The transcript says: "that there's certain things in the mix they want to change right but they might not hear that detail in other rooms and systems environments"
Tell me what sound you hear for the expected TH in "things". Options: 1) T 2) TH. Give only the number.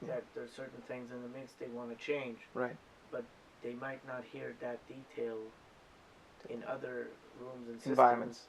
2